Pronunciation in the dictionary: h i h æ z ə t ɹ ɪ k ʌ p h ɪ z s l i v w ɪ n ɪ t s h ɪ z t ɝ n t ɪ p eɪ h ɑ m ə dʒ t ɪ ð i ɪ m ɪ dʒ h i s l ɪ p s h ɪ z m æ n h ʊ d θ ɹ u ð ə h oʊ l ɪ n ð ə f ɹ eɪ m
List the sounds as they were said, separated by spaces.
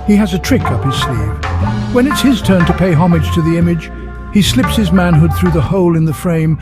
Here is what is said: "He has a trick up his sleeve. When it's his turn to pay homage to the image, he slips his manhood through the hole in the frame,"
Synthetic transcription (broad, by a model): h i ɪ z ə t ɹ ɪ k ʌ p h ɪ z s l i v w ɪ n ɪ t s h ɪ z t ɝ n t ɪ p eɪ h ɑ m ə dʒ t ɪ ð i ɪ m ɪ dʒ h i s l ɪ p s h ɪ z m æ n h ʊ d θ ɹ u ð ə h oʊ l ɪ n ð ə f ɹ eɪ m